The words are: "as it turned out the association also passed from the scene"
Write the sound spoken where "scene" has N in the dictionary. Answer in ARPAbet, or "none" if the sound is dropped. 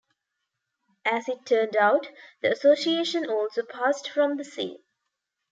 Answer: none